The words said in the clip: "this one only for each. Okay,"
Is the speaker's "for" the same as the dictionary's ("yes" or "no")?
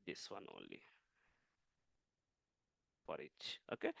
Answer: no